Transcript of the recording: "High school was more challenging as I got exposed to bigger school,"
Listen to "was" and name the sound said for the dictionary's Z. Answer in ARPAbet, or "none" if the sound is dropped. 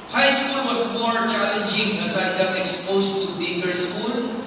S